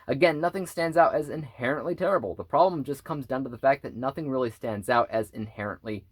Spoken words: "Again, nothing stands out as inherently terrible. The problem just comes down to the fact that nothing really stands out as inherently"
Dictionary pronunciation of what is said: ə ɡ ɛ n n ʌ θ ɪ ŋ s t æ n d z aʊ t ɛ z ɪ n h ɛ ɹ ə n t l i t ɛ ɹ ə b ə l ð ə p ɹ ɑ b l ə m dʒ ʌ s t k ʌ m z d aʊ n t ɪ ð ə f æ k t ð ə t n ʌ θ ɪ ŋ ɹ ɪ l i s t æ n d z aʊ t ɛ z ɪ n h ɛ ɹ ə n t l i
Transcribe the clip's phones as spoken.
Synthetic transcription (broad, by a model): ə ɡ ɛ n n ʌ θ ɪ ŋ s t æ n d z aʊ t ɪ z ɪ n h ɛ ɹ ə n t l i t ɛ ɹ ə b l ð ə p ɹ ɑ b l ə m dʒ ʌ s k ʌ m z d aʊ n t ɪ ð ə f æ k ð ə t n ʌ θ ɪ ŋ ɹ ɪ l i s t æ n d z aʊ t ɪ z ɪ n h ɛ ɹ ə n t l i